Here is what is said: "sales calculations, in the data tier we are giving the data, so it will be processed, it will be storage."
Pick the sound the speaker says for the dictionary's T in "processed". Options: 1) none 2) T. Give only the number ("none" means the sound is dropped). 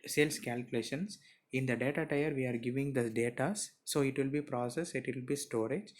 1